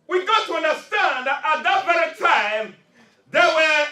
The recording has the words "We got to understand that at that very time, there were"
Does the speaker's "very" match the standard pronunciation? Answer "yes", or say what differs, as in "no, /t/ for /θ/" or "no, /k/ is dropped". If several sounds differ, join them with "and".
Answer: no, /b/ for /v/